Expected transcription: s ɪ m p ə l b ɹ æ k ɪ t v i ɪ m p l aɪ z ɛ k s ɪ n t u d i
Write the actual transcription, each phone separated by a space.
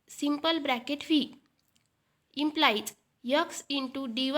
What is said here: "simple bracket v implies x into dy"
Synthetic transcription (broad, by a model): s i m p ə l b ɹ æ k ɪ t f i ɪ m p l aɪ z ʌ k s ɪ n t u d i